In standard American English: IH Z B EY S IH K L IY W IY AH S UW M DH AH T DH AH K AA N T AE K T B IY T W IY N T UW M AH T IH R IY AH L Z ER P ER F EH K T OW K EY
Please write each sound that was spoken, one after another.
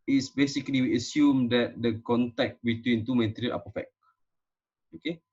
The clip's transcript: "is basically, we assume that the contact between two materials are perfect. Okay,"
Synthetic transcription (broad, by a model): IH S B EY S IH K L IY W IY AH S UW M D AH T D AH K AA N T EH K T B IY T W IY N T UW M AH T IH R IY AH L AA P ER F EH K OW K EY